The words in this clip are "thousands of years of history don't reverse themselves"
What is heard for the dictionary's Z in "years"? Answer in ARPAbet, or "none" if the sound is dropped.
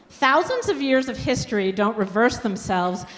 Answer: Z